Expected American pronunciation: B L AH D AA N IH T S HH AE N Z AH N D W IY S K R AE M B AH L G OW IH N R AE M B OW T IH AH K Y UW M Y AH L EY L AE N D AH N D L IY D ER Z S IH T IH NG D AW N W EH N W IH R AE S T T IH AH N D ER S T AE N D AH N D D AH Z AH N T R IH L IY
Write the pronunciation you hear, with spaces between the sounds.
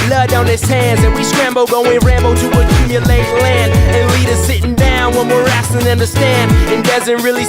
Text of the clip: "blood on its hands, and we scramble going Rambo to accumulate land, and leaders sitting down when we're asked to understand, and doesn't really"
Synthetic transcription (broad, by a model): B L AH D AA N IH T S HH AE N Z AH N W IY S K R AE M B L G OW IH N R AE M B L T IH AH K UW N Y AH L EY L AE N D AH N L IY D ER S IH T IH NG D AW N W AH N W IH R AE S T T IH AH N D ER S T AE N D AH N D D AH Z AH N T R IH L IY